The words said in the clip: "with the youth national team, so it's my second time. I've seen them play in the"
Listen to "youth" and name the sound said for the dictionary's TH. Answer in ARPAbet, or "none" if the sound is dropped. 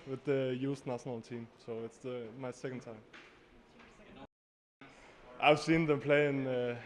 S